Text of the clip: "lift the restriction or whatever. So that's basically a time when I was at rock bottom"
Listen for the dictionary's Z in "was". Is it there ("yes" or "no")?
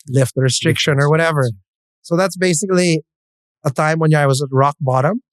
yes